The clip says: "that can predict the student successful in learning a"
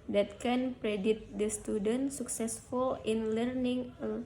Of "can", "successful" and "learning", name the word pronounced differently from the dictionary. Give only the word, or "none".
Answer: none